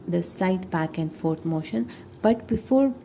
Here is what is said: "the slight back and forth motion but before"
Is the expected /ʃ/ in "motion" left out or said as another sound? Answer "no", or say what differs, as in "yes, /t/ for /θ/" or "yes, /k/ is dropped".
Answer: no